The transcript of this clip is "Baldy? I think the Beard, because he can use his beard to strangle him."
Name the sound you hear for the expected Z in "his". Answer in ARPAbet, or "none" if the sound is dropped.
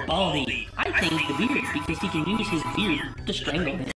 Z